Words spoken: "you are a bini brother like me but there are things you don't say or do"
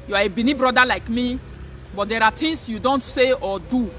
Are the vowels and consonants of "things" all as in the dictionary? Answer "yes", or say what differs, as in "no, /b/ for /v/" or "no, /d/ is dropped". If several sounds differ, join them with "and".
no, /t/ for /θ/ and /s/ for /z/